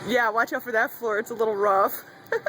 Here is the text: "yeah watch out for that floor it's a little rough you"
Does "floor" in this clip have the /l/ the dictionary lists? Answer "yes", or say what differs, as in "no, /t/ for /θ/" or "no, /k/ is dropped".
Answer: yes